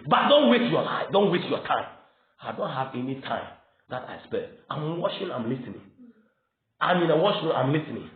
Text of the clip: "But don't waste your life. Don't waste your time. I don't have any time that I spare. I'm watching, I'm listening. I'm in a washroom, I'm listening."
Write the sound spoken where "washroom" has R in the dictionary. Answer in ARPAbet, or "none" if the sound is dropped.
none